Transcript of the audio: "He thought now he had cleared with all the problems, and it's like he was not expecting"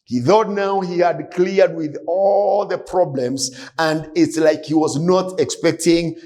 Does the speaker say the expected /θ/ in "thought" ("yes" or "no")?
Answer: yes